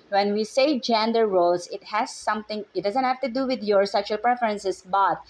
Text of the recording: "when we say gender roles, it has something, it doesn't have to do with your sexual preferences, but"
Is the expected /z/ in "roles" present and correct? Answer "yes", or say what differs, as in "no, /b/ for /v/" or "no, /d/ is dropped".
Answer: no, /s/ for /z/